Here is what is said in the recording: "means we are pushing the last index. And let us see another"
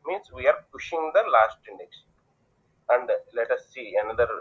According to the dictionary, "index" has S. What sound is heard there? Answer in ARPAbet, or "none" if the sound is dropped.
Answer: SH